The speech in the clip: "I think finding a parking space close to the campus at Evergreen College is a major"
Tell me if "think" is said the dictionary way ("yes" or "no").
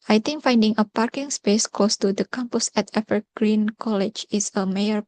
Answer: no